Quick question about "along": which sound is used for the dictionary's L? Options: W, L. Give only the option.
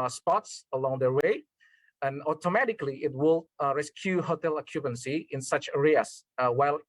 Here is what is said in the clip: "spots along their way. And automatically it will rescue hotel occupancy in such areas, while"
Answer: L